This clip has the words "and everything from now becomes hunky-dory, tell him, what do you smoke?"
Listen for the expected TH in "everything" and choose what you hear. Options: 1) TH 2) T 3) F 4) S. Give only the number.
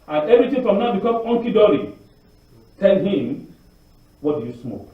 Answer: 2